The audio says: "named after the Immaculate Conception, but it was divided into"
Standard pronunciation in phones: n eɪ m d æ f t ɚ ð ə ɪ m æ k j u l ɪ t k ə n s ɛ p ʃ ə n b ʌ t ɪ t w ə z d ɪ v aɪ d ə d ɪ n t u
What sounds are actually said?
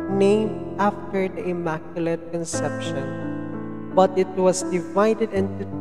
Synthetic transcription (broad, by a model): n eɪ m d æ f t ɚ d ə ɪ m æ k j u l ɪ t k ə n s ɛ p ʃ ə n b ʌ t ɪ t w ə s d ɪ v aɪ d ə d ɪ n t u